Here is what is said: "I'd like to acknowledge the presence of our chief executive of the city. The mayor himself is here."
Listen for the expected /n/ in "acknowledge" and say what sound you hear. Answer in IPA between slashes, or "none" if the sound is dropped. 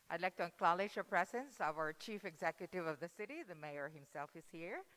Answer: /l/